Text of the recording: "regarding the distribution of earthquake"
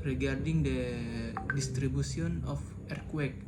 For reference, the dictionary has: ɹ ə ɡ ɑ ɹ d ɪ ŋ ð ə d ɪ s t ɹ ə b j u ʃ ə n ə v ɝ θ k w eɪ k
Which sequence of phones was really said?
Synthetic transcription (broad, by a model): ɹ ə ɡ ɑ ɹ d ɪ ŋ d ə d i s t ɹ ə b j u s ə n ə f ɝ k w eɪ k